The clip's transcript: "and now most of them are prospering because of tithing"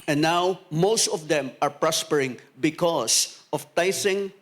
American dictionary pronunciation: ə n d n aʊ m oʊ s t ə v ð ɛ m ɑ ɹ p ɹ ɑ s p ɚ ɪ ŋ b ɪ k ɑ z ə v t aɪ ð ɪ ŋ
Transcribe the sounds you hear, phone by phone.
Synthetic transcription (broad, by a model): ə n n aʊ m oʊ s t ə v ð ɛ m ɑ ɹ p ɹ ɑ s p ɚ ɪ ŋ b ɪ k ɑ s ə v t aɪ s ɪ ŋ